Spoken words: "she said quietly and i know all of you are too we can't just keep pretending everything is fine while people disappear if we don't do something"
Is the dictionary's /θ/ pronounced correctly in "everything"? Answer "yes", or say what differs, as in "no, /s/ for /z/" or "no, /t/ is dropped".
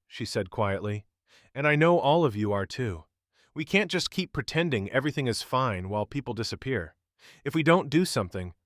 yes